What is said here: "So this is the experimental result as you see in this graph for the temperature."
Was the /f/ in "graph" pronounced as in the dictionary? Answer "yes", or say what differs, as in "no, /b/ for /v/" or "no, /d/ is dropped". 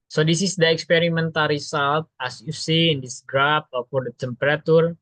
no, /p/ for /f/